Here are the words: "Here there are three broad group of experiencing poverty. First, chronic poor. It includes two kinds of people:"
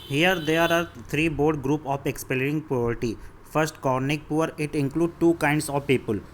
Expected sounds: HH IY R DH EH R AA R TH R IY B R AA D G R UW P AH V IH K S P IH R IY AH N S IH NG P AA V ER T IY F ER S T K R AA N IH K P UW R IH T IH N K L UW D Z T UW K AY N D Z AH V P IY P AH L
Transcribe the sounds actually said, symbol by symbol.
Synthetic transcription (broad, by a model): HH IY R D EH R AA R T R IY B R D G R UW P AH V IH K S P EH L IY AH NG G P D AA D T IY F ER S T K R N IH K P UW R IH T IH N K L UW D T UW K AY N D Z AH V P IY P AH L